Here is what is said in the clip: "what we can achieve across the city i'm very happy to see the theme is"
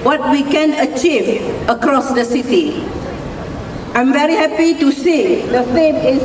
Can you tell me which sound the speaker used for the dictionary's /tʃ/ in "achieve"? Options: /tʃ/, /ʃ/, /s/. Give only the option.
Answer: /tʃ/